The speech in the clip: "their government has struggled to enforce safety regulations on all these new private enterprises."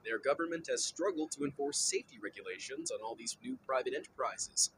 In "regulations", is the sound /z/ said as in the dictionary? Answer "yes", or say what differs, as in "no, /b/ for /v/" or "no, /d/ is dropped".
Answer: yes